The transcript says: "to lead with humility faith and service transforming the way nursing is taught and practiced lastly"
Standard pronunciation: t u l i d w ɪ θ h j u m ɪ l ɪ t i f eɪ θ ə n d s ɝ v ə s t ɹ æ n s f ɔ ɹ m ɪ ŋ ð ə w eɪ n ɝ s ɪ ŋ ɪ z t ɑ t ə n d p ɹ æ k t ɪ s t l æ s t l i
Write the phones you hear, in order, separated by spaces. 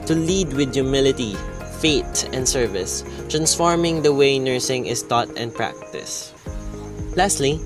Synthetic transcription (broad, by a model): t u l i d w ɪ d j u m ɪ l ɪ t i f eɪ t ə n d s ɝ v ə s t ɹ æ n s f ɔ ɹ m ɪ ŋ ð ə w eɪ n ɝ s ɪ ŋ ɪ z t ɑ t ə n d p ɹ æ k t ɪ s l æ s t l i